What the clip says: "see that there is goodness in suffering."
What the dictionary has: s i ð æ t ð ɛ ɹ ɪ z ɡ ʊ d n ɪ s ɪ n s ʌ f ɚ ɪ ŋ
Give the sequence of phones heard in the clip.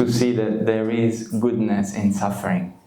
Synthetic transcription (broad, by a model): s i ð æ t ð ɛ ɹ ɪ z ɡ ʊ d n ɪ s ɪ n s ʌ f ɚ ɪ ŋ